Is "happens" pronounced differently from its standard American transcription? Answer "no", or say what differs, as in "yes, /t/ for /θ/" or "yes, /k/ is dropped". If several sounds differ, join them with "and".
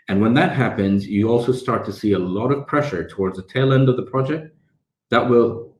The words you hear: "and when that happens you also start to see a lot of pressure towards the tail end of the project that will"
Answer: no